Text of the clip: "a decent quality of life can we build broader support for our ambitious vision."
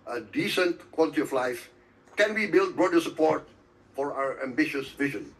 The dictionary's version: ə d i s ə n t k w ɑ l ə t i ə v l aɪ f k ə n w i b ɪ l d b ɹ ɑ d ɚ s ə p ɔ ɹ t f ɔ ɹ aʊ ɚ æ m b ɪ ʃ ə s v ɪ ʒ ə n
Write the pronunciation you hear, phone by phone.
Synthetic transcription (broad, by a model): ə d i s ə n t k w ɑ l ə t i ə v l aɪ f k ə n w i b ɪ l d b ɹ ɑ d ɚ s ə p ɔ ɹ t f ɔ ɹ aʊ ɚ æ m b ɪ ʃ ə s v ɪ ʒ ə n